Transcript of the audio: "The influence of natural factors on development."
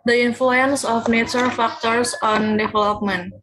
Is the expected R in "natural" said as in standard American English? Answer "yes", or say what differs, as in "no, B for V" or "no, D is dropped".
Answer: no, R is dropped